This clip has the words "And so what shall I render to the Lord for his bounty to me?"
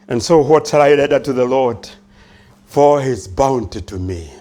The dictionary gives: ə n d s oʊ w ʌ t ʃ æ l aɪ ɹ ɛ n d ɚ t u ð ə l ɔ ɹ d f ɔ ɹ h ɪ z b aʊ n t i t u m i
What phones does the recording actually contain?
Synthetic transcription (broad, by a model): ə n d s oʊ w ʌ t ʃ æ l aɪ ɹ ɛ d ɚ t u ð ə l ɔ ɹ d f ɔ ɹ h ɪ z b aʊ n t i t u m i